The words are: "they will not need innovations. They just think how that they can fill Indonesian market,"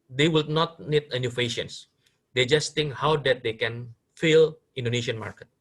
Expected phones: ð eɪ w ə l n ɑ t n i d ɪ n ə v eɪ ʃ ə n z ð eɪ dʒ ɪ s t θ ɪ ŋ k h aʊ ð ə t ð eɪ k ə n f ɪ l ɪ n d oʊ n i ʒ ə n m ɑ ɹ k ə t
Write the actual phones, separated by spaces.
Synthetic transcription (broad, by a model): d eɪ w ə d n ɑ t n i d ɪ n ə f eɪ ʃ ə n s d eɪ dʒ ɪ s t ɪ ŋ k h aʊ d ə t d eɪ k ə n f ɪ l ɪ n d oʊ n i ʃ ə n m ɑ ɹ k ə t